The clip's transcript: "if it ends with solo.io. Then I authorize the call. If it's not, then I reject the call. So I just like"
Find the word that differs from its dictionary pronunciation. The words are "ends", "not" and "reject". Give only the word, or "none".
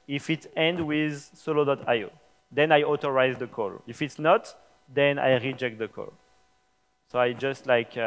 ends